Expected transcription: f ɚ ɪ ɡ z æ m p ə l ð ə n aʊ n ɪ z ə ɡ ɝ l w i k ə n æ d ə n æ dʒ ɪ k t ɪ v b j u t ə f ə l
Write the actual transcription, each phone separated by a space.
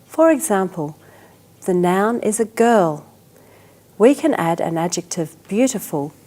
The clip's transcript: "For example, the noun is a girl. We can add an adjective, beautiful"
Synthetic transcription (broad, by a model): f ɚ ɪ ɡ z æ m p ə l ð ə n aʊ n ɪ z ə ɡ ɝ l w i k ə n æ d ə n æ dʒ ɪ k t ɪ v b j u t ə f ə l